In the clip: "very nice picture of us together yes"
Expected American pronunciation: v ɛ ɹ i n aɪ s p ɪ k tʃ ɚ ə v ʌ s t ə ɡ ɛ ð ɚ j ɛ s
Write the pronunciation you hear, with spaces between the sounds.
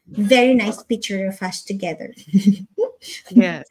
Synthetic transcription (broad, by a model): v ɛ ɹ i n aɪ s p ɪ k tʃ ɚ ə f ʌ ʃ t ə ɡ ɛ ð ɚ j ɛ